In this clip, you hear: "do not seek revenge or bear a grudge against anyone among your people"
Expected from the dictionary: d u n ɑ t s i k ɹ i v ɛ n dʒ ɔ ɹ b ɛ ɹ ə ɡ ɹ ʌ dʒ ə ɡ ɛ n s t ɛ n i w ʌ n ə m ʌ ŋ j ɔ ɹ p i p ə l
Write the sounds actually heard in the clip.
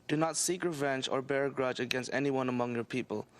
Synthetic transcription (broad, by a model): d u n ɑ t s i k ɹ i v ɛ n dʒ ɔ ɹ b ɛ ɹ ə ɡ ɹ ʌ dʒ ə ɡ ɛ n s t ɛ n i w ʌ n ə m ʌ ŋ j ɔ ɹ p i p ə l